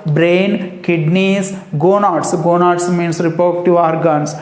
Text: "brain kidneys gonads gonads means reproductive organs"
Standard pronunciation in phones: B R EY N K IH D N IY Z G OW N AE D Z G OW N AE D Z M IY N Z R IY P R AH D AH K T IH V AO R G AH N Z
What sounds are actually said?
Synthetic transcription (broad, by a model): B R EY N K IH D N IY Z G OW N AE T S G OW N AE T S M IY N S R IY P AH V T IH AO R G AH N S